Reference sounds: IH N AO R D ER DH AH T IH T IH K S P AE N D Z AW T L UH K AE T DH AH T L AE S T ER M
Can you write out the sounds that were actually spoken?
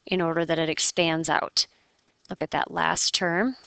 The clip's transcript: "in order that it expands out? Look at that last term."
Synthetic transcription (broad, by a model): IH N AO R D ER DH AH T IH T IH K S P AE N D Z AW T L UH K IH T DH AH T L AE S T ER M